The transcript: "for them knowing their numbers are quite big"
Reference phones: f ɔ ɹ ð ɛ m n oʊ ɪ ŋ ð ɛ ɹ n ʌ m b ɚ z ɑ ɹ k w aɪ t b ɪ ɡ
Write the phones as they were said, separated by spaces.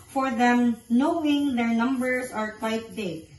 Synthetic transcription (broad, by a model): f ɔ ɹ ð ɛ m n oʊ ɪ ŋ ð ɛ ɹ n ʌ m b ɚ s ɑ ɹ k w aɪ t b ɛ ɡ